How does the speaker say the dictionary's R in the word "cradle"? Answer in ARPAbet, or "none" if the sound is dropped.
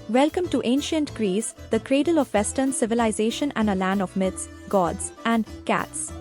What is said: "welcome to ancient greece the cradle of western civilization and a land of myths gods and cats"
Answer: R